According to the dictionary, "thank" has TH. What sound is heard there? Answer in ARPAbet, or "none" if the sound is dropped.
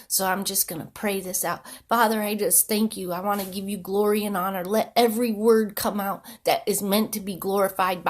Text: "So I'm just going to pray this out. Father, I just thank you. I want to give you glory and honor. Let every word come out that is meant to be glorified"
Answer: TH